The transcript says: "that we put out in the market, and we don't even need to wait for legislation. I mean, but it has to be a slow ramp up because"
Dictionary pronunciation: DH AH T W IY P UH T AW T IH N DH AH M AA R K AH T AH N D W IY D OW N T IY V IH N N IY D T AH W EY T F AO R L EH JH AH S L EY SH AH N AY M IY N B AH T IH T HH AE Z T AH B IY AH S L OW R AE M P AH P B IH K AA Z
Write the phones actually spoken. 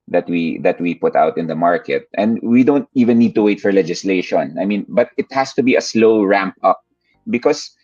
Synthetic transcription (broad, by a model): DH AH T W IY P UH T AW T IH N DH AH M AA R K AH T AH N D W IY D OW N T IY V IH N N IY D T AH W EY T F AO R L EH JH AH S L EY SH AH N AY M IY N B AH T IH T HH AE S T AH B IY AH S L OW R AE M P AH P B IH K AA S